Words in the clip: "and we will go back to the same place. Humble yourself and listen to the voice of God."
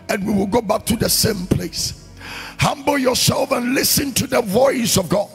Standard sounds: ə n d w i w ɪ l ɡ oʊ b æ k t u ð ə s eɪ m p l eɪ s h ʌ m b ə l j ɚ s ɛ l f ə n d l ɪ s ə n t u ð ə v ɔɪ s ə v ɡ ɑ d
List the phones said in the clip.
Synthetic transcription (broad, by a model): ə n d w i w ɪ l ɡ oʊ b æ k t u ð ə s eɪ m p l eɪ s h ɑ m b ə l j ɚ s ɛ l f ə n l ɪ s ə n t u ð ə v ɔɪ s ə v ɡ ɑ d